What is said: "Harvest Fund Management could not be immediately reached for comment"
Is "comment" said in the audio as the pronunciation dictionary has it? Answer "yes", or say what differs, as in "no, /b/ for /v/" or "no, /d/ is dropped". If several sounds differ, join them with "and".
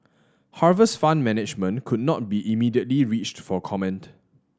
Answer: yes